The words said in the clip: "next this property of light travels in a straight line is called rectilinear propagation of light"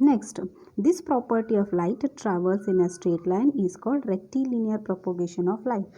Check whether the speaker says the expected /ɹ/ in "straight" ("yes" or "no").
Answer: yes